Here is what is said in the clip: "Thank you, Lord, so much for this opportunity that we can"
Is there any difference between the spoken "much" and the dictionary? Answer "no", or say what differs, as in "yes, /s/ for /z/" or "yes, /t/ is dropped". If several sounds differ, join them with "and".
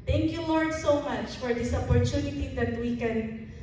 no